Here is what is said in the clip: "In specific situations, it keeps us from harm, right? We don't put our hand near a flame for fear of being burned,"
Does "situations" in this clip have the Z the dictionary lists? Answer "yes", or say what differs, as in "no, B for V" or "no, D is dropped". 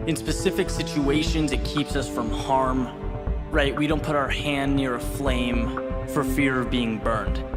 yes